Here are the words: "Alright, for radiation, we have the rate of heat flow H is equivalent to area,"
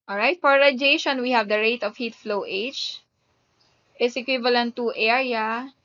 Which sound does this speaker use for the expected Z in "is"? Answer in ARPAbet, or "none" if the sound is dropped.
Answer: S